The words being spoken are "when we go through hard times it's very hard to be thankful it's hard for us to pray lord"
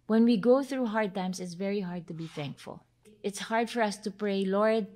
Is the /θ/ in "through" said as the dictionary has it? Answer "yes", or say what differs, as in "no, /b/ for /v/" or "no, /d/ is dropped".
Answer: yes